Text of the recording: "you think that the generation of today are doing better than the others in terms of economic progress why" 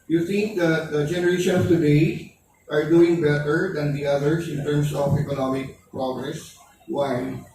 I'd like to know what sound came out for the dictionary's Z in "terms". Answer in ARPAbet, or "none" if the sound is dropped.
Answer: S